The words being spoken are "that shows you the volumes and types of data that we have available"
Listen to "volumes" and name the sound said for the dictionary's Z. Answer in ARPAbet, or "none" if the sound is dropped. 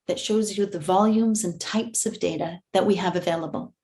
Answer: Z